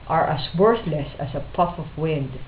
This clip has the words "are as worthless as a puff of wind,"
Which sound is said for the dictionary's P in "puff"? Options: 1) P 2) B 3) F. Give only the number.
1